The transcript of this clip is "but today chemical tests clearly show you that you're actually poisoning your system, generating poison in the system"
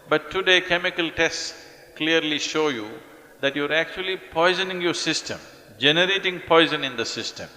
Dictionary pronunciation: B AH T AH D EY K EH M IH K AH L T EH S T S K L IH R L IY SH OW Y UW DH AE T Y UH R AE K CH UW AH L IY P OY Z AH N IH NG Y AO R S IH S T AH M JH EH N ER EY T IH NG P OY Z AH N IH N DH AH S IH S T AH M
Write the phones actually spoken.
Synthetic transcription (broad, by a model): B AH T AH D EY K EH M IH K AH L T EH S T S K L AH R L IY SH OW Y UW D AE T Y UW R AE K CH UW AH L IY P OY Z AH N IH NG Y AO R S IH S T AH M JH EH N ER EY T IH NG P OY Z AH N IH N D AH S IH S T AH M